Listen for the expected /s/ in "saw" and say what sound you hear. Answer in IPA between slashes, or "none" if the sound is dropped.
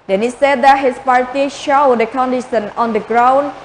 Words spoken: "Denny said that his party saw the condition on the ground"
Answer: /ʃ/